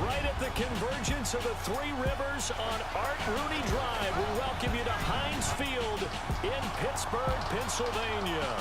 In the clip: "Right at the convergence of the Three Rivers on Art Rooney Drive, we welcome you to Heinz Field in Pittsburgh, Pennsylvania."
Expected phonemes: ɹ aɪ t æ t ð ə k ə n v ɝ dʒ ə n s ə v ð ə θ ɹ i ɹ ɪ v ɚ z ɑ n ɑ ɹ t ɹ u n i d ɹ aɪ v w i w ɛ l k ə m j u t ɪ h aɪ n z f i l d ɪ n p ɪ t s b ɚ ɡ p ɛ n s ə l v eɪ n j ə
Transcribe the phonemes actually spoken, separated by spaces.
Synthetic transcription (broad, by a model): ɹ aɪ t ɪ t ð ə k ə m v ɝ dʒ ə n s ə v ð ə θ ɹ i ɹ ɪ v ɚ z n ɑ ɹ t ɹ u n i d ɹ aɪ v w i w ɛ l k ə m j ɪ t ɪ h aɪ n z f i l d ɪ n p ɪ t s b ɚ ɡ p ɛ n s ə l v eɪ n j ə